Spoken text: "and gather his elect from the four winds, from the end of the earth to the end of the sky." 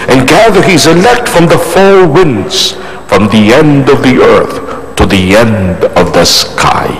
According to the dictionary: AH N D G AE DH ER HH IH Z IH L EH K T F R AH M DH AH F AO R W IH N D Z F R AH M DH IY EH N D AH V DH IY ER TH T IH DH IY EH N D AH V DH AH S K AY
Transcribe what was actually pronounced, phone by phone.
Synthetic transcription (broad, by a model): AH N G AE DH ER HH IH Z IH L EH K T F R AH M DH AH F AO L W IH N D Z F R AH M DH IY EH N D AH V DH IY ER TH T IH DH IY EH N D AH V DH AH S K AY